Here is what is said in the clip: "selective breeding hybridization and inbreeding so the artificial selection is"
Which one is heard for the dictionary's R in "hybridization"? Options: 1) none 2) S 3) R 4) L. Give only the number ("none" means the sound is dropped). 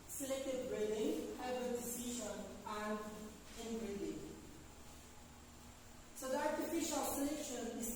1